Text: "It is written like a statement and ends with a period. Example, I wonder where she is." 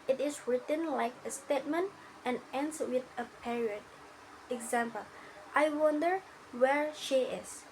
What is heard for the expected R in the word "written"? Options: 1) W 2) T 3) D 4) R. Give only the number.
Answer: 4